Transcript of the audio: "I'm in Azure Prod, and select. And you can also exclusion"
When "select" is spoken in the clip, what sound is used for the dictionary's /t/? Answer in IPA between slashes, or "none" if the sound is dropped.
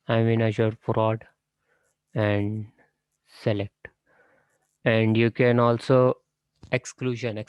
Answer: /t/